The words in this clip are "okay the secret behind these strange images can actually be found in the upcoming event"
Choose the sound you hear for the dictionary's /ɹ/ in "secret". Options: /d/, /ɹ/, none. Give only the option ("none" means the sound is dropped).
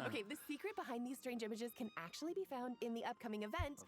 /ɹ/